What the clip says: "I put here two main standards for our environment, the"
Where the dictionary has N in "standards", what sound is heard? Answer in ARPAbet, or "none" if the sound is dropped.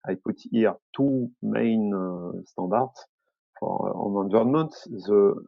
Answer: none